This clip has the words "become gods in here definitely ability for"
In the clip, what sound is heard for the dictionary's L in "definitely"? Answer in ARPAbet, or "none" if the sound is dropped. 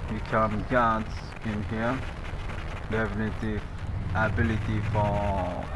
none